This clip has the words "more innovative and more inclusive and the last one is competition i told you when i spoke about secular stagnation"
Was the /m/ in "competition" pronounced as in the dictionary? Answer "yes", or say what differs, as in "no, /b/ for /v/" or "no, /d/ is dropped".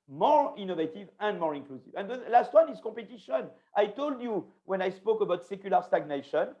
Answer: no, /m/ is dropped